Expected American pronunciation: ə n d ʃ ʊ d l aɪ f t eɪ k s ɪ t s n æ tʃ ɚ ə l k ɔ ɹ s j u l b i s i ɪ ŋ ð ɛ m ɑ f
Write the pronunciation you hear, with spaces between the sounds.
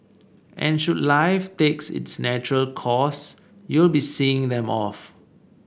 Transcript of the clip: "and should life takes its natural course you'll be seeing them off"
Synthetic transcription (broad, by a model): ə n ʃ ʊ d l aɪ f t eɪ k s ɪ t s n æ tʃ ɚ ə l k ɔ s j u l b i s i ɪ ŋ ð ɛ m ɑ f